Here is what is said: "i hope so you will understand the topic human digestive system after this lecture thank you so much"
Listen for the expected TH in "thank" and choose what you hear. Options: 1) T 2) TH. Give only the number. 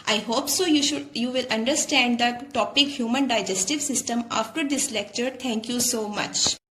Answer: 1